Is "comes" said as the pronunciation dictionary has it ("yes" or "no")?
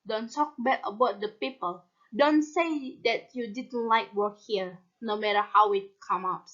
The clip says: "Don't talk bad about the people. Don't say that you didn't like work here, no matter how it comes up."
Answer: no